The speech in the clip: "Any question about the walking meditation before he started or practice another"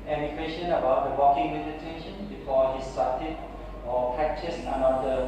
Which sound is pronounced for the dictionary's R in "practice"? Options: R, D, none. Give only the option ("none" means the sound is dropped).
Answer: none